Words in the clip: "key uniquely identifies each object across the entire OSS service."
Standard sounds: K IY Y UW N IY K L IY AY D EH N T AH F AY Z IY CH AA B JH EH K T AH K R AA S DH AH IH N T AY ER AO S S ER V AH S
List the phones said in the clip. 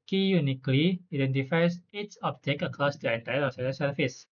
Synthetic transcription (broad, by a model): K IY Y UW N IY K L IY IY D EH N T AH F AY S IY S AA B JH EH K AH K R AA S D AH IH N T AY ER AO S S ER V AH S